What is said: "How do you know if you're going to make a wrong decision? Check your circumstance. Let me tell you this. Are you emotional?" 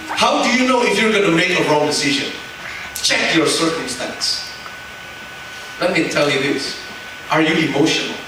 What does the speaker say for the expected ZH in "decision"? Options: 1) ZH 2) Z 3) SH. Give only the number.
1